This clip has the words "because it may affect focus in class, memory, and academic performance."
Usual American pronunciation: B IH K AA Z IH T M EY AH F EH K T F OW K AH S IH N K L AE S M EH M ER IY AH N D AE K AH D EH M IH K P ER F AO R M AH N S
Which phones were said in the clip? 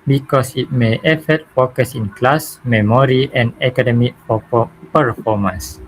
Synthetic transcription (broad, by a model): B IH K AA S IH T M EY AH F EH T F OW K AH S IH N K L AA S M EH M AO IY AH N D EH K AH D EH M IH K P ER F AO M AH N S